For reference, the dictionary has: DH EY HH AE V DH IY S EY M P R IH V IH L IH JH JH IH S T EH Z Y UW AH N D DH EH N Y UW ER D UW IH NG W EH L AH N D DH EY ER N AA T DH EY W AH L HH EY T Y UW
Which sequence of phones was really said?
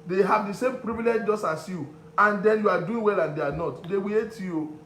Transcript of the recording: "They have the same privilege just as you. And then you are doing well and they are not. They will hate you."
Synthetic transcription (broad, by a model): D EY HH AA V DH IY S EY M P R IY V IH L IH JH JH IH S T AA S Y UW AH N D EH N Y UW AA D UW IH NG W EH L AH N D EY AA N AA T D EY W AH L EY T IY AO